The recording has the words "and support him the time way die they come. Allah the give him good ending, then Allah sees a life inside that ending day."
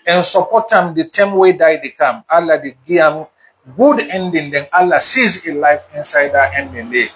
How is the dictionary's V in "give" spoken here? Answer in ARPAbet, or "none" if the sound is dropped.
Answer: none